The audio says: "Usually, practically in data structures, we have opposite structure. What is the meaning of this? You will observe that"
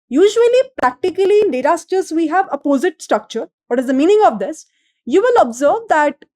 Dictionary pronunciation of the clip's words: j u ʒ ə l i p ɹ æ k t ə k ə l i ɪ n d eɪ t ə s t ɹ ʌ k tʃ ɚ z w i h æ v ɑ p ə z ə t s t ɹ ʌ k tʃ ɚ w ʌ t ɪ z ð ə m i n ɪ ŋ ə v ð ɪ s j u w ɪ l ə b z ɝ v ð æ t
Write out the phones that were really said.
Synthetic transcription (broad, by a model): j u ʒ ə l i p ɹ æ k t ə k ə l i ɪ n d eɪ t ə s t ʌ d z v i h æ v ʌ p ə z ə t s t ɹ ʌ k tʃ ɚ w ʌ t ɪ z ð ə m i n ɪ ŋ ə v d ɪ s j u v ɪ l ə b z ɝ v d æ t